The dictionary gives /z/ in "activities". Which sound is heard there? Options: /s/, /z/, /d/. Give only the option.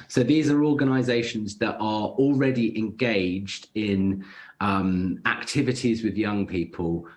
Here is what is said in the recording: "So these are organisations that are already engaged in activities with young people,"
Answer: /z/